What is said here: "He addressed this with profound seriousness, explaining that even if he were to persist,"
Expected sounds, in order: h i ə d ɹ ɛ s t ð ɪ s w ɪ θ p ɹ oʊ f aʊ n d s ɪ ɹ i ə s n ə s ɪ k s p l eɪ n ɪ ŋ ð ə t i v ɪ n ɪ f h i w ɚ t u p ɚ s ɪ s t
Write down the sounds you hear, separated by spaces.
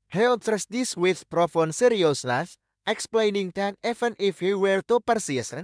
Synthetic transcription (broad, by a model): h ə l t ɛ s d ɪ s w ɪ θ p ɹ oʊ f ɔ n s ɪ ɹ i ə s l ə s ɪ k s p l eɪ n ɪ ŋ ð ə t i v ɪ n ɪ f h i w ɚ t u p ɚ s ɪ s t